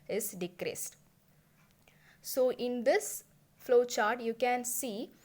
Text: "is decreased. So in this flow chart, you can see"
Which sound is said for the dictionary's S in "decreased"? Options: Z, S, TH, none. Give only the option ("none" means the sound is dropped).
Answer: S